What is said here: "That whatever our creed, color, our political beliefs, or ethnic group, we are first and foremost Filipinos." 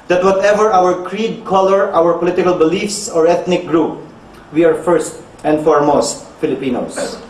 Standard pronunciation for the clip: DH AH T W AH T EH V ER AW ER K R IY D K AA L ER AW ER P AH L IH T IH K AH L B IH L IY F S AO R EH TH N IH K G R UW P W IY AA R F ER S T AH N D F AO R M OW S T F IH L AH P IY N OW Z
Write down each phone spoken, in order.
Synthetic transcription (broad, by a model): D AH T W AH T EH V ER AW ER K R IY D K AA L ER AW ER P AH L IH T IH K AH L B IH L IY F S AO R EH T N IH K G R UW P W IY AA R F ER S T AH N D F AO R M OW S T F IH L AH P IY N OW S